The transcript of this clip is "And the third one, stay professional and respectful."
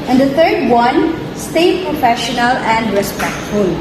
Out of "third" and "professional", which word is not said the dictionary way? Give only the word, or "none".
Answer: third